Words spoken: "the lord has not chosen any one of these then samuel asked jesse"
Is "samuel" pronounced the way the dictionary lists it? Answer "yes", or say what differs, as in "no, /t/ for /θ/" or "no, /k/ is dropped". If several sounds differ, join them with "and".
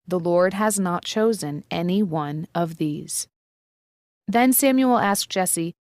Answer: yes